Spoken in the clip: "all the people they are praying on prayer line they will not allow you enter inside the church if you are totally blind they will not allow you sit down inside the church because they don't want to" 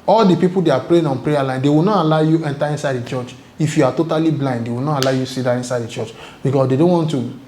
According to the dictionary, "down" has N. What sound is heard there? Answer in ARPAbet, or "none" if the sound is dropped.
none